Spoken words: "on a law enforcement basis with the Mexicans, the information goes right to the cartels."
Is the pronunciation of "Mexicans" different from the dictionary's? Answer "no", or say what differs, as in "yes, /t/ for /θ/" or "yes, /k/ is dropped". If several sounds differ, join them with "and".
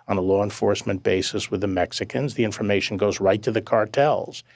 no